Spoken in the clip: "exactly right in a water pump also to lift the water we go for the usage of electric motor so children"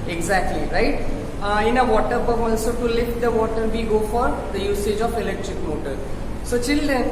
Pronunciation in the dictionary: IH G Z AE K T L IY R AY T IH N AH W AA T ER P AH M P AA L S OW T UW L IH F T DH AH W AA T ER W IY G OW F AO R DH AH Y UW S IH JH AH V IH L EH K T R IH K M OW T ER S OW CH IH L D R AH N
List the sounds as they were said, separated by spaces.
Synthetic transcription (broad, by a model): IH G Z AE K T L IY R AY T IH N AH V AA T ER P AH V AA L S OW T UW L IH F T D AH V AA T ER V IY G OW F AO R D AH Y UW S IH JH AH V IH L EH K T R IH K M OW T ER S OW CH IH L D R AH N